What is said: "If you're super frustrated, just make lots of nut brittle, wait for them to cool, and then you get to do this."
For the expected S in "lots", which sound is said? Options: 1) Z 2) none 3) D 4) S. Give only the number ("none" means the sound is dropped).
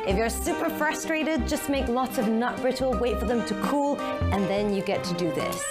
4